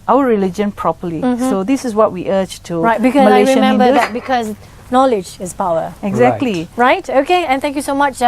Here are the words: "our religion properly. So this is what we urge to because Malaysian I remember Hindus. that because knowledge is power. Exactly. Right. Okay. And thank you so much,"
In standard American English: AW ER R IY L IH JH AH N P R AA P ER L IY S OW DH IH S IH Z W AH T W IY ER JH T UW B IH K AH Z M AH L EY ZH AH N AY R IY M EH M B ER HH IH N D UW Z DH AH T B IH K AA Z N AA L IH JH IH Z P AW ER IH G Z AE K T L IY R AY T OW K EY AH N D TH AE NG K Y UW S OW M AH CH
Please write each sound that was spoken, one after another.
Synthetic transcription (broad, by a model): AW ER R IY L IH JH AH N P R AA P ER L IY S OW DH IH S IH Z W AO T W IY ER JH T UW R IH AH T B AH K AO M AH L AY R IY M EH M B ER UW D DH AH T B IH K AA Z N AA L IH JH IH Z P AW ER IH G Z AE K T L IY R AY T OW K EY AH N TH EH NG K Y UW S OW M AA CH